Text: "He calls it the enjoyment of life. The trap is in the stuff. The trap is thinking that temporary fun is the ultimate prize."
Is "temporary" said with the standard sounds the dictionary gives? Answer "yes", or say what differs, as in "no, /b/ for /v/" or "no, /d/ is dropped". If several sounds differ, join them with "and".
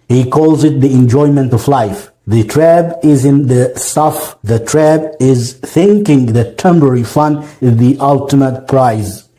no, /b/ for /p/